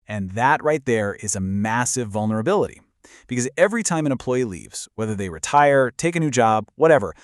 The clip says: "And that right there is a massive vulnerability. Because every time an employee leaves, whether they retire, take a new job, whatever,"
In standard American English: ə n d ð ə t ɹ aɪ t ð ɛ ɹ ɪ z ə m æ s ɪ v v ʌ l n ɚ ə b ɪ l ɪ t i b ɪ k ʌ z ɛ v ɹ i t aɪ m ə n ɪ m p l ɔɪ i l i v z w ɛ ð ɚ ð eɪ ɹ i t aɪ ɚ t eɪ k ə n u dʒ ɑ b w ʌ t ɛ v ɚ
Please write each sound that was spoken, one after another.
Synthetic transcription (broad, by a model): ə n ð ə t ɹ aɪ t ð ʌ ɹ ɪ z ə m æ s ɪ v v ʌ l n ɚ ə b ɪ l ɪ t i b ɪ k ʌ z ɛ v ɹ i t aɪ m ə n ɪ m p l ɔɪ i l i v z w ɛ ð ɚ ð eɪ ɹ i t aɪ ɚ t eɪ k ə n u dʒ ɑ b w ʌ t ɛ v ɚ